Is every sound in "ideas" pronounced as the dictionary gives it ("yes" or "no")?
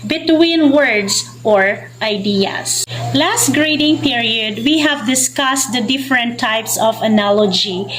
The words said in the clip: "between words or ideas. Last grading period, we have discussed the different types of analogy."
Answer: no